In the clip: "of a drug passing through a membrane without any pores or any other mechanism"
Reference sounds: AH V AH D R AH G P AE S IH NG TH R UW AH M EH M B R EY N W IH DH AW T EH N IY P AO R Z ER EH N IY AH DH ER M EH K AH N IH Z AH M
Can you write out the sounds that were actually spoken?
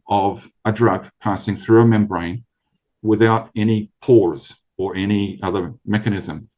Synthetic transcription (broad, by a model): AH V AH D R AH G P AE S IH NG TH R UW AH M EH M B R EY N W IH DH AW T EH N IY P AO R Z ER EH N IY AH DH ER M EH K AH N IH Z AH M